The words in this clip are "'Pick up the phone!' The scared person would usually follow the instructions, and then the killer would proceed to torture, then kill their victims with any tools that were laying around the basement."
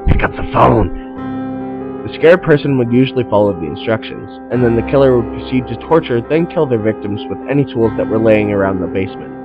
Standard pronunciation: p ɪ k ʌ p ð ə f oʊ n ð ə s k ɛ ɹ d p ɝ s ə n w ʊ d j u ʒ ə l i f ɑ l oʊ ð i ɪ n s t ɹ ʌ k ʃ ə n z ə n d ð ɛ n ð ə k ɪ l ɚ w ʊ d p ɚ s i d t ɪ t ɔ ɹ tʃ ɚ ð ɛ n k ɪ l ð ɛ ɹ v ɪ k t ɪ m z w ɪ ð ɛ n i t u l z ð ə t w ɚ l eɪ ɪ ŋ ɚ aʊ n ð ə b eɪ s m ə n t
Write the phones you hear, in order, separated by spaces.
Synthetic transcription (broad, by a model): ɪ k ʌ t ð ə f oʊ n ð ə s k ɛ ɹ d p ɝ s ə n w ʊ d j u ʒ l i f ɑ l oʊ ð i ɪ n s t ɹ ʌ k ʃ ə n z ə n ð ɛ n ð ə k ɪ l ɚ w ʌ d p ɚ s i d t ɪ t ɔ ɹ tʃ ɚ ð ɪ n k ɪ l ð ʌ ɹ v ɪ k t ɪ m z w ɪ ð ɛ n i t u l z ð ə t w ɚ l eɪ ɪ ŋ ɚ aʊ n ð ə b eɪ s m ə n t